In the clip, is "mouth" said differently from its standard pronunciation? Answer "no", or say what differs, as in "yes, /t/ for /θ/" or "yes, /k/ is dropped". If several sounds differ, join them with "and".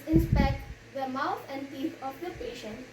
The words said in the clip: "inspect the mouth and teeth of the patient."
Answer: yes, /t/ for /θ/